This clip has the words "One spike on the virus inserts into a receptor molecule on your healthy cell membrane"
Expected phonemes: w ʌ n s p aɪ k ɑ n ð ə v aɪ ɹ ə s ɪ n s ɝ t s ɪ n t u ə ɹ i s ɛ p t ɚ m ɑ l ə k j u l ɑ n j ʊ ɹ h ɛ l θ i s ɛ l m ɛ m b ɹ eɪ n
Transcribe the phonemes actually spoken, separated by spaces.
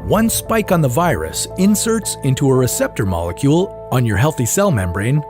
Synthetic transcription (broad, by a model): w ʌ n s p aɪ k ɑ n ð ə v aɪ ɹ ə s ɪ n s ɝ t s ɪ n t u ə ɹ i s ɛ p t ɚ m ɑ l ə k j u l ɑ n j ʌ ɹ h ɛ l θ i s ɛ l m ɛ m b ɹ eɪ n